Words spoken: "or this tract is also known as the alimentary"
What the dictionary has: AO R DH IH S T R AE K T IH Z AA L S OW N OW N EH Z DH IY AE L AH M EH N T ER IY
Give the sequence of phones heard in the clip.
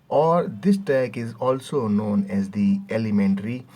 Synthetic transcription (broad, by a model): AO R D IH S T AE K IH Z AA L S OW N OW N EH Z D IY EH L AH M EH N T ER IY